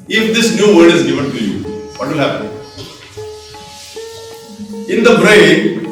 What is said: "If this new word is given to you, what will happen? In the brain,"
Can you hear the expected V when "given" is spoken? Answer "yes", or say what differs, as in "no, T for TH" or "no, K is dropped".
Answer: no, F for V